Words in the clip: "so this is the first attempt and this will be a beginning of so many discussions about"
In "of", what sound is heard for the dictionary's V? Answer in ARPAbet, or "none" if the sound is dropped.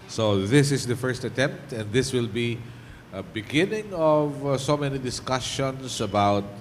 V